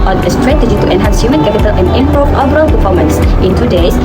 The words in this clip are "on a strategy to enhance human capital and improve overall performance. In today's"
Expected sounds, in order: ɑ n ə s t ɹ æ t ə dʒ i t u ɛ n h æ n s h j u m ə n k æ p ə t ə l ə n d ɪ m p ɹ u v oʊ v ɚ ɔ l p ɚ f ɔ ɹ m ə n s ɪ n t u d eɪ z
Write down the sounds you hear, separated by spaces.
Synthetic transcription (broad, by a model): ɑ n ə s t ɹ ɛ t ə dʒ i t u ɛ n h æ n s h j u m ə n k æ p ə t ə l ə n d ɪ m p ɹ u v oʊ b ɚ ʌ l p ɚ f ɔ m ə n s ɪ n t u d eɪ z